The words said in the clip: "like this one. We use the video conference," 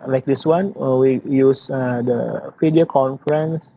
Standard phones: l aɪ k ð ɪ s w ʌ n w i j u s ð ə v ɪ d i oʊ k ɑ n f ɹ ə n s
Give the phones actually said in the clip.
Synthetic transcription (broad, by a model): l aɪ k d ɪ s w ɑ n w i j u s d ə f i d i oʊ k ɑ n f ɹ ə n s